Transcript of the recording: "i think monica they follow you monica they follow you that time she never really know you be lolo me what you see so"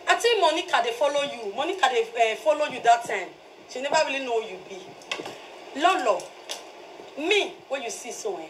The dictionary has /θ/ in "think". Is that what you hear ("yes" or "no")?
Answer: no